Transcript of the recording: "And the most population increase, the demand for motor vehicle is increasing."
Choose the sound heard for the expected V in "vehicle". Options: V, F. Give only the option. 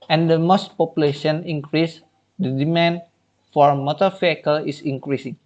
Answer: F